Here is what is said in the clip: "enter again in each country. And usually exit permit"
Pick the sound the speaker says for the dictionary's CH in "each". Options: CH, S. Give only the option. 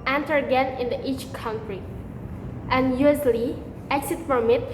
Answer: CH